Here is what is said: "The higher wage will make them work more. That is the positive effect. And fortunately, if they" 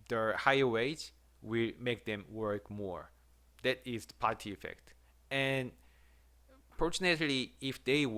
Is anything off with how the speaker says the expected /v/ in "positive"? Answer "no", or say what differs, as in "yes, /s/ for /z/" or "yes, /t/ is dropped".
yes, /v/ is dropped